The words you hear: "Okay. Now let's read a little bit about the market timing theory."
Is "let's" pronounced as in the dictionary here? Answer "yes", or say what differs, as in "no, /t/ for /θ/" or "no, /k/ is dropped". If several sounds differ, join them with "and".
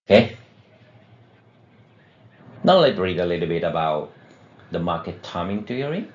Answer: no, /s/ is dropped